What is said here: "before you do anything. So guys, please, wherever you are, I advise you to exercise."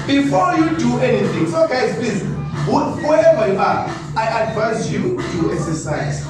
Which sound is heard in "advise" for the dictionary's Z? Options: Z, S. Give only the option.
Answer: S